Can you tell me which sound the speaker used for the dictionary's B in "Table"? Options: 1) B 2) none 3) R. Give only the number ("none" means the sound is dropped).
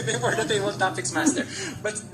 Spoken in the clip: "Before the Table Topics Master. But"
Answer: 2